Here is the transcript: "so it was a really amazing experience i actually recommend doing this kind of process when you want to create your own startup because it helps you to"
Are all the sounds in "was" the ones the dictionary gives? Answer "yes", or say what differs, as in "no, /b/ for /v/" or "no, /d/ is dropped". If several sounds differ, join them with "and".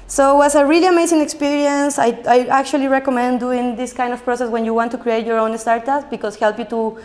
no, /s/ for /z/